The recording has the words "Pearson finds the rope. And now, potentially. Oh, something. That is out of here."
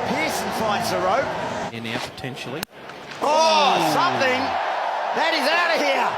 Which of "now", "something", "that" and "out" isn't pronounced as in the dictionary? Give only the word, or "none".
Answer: none